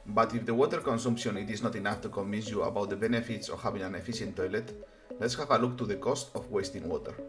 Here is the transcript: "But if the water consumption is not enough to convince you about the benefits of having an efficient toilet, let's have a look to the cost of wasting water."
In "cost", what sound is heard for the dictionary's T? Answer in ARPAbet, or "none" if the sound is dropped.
T